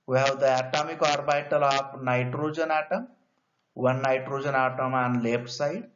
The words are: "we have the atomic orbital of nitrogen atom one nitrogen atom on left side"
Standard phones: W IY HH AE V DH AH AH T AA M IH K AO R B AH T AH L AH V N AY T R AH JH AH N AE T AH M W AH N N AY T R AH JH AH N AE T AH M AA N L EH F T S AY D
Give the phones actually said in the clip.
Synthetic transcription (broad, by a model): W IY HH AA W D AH AH T AA M IH K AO R B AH T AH L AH P N AY T R AH JH AH N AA T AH M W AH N N AY T R AH JH AH N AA T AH M AA N L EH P S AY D